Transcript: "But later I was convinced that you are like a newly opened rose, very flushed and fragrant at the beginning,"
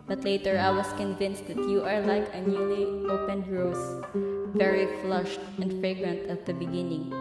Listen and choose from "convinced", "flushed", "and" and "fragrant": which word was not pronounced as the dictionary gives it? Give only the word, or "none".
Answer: none